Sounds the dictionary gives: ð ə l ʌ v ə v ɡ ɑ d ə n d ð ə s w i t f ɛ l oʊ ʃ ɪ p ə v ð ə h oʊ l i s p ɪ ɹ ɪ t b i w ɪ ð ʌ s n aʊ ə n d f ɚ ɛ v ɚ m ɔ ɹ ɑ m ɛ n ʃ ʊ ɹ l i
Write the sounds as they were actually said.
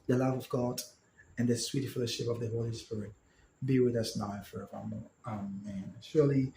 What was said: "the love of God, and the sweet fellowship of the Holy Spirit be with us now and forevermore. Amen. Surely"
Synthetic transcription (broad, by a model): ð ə l ʌ v ə v ɡ ɑ d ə n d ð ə s w i t f ɛ l oʊ ʃ ɪ p ə v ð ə h oʊ l i s p ɪ ɹ ɪ t b i w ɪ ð ʌ s n aʊ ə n f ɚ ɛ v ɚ m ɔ ɹ ɑ m ɛ n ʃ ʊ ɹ l i